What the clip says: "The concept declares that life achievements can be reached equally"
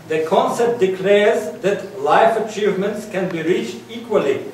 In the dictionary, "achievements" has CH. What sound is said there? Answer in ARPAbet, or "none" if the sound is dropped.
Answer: CH